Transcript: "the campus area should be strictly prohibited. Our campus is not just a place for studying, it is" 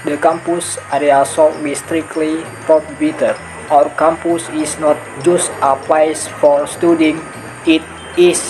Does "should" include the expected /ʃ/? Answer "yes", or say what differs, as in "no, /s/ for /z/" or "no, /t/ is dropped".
no, /s/ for /ʃ/